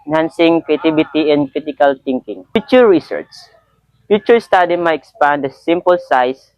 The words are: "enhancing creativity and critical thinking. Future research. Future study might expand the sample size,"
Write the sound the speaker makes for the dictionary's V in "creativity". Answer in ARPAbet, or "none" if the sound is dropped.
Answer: B